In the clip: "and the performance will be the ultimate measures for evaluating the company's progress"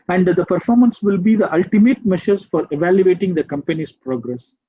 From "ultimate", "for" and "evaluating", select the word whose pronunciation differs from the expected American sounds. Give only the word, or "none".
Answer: none